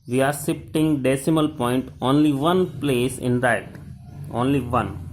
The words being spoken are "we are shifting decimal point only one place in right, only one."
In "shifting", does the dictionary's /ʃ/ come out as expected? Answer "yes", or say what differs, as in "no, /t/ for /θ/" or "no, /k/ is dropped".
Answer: no, /s/ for /ʃ/